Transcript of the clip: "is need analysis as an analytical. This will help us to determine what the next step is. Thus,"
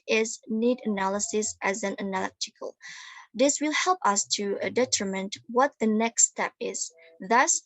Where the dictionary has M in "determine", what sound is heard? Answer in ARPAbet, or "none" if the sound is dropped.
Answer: M